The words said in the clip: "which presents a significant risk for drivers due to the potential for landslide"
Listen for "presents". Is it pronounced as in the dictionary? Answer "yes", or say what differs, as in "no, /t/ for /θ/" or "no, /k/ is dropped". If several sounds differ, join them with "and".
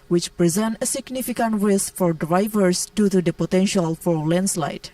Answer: no, /s/ is dropped